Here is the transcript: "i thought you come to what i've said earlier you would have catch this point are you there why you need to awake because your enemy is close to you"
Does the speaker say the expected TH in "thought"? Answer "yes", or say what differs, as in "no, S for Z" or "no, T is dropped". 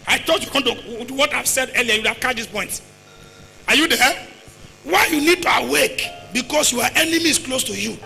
no, T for TH